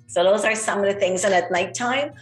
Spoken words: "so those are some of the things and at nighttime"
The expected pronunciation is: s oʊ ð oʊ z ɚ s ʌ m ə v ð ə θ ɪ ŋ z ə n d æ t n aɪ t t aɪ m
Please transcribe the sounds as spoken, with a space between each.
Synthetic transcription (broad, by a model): s oʊ ð oʊ z ɚ s ʌ m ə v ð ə θ ɪ ŋ z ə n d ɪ t n aɪ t t aɪ m